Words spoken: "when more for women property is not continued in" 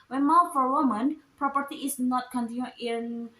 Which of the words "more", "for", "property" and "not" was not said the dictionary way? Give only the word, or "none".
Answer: more